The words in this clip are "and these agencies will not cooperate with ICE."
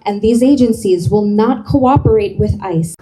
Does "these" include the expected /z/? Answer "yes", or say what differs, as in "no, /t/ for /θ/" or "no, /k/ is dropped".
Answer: yes